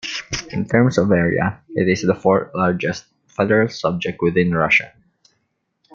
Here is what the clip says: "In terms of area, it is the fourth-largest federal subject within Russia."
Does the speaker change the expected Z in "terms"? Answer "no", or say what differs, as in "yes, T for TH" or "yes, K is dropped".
yes, S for Z